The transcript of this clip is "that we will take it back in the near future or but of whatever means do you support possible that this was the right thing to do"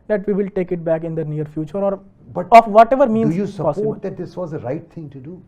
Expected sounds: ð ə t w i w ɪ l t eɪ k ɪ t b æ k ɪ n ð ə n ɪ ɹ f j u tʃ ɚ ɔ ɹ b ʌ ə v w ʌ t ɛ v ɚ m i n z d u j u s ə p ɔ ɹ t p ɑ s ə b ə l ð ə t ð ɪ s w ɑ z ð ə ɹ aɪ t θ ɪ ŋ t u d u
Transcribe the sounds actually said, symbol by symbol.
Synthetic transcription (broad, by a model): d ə t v i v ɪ l t eɪ k ɪ t b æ k ɪ n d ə n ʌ ɹ f j u tʃ ɚ ɔ ɹ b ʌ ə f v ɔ t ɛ v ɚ m i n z j u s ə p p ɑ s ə ə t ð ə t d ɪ s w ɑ z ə ɹ aɪ t t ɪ ŋ t u d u